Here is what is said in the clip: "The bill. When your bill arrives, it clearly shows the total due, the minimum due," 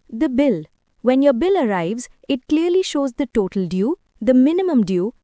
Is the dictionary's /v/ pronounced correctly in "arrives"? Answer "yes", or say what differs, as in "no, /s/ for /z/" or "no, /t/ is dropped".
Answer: yes